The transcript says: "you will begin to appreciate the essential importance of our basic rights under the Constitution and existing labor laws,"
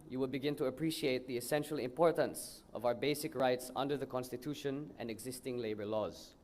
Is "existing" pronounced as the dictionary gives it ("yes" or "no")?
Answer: yes